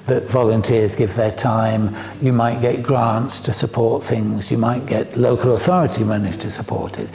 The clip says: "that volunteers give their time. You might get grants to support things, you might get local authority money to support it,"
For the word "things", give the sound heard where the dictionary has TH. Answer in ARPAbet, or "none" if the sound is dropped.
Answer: TH